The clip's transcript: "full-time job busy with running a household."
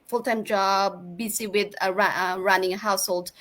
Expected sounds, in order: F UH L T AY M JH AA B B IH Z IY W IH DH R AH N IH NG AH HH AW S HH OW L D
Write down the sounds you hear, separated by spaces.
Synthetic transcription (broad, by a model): F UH L T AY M JH AA B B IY S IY W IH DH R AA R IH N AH HH AW S HH OW L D